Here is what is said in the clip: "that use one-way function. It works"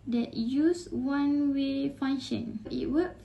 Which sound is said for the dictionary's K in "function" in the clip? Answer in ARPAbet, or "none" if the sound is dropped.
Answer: none